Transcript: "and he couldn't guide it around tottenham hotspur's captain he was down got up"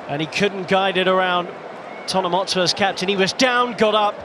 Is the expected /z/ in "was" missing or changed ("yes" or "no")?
no